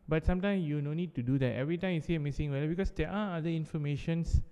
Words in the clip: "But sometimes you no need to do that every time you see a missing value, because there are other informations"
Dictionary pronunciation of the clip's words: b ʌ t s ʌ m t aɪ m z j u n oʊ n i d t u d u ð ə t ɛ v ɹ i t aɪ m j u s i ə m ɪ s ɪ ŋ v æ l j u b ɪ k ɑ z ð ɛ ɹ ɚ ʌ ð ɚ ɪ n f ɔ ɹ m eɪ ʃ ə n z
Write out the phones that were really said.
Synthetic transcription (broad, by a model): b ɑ t s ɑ m t aɪ m s j u n oʊ n i d t u d u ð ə t ɛ v ɹ i t aɪ m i s i ə m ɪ s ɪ ŋ w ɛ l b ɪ k ɑ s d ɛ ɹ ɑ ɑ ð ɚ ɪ n f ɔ m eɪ ʃ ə n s